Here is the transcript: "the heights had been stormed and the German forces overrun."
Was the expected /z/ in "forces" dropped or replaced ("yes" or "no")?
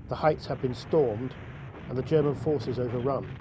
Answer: no